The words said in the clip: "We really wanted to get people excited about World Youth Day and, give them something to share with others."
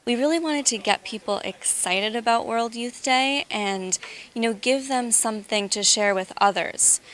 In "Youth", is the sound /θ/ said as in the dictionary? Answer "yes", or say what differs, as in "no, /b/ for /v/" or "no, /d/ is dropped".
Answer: yes